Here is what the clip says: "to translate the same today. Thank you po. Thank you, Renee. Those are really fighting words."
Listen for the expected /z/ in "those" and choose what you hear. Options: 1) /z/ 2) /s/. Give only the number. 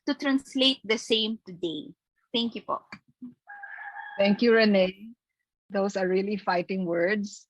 2